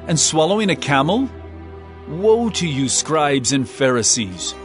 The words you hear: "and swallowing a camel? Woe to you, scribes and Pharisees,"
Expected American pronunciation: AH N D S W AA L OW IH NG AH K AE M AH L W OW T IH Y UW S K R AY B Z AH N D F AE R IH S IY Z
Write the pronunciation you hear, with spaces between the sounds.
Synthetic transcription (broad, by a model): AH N S W AA L OW IH NG AH K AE M L W OW T IH Y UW S K R AY B Z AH N F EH R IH S IY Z